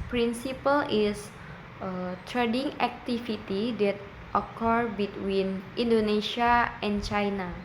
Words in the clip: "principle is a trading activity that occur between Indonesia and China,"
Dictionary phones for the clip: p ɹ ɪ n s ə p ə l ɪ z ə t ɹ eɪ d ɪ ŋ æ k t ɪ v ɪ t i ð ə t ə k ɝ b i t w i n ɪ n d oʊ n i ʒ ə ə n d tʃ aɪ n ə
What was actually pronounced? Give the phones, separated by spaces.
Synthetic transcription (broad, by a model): p ɹ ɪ n s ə p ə l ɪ s ə t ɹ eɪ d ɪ ŋ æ k t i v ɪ t i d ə t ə k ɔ b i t w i n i n d oʊ n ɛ ʃ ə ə n tʃ aɪ n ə